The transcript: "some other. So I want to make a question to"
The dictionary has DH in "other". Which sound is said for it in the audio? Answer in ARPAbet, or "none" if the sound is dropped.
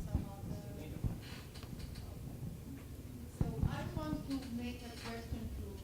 none